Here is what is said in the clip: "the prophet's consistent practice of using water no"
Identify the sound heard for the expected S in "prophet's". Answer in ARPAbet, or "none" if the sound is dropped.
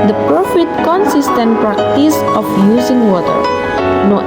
none